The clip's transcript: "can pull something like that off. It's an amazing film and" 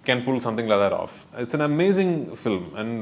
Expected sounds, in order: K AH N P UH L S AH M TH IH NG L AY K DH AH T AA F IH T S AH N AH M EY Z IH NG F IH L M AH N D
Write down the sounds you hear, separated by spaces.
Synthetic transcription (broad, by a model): K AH N P UH L S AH M T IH NG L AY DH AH T AA F IH T S AH N AH M EY Z IH NG F IH L M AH N D